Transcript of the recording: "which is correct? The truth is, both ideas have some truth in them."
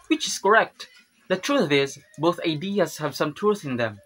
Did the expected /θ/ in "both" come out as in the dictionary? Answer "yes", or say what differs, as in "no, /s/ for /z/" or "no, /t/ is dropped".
yes